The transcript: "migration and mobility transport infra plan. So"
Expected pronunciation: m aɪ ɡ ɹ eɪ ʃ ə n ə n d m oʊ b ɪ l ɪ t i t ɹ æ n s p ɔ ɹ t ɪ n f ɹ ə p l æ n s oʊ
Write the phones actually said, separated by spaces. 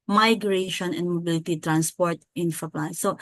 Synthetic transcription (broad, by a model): m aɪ ɡ ɹ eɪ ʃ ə n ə n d m oʊ b ɪ l ɪ t i t ɹ æ n s p ɔ ɹ t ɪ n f ə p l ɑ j s oʊ